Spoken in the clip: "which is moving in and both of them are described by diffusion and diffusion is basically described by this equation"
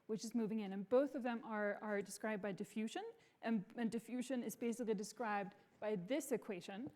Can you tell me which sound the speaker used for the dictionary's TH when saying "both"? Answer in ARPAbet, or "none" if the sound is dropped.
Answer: TH